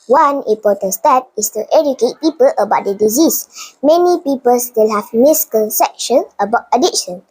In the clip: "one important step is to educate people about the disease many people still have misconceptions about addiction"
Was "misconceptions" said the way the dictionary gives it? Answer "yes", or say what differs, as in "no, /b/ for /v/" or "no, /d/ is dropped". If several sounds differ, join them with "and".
no, /l/ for /n/ and /z/ is dropped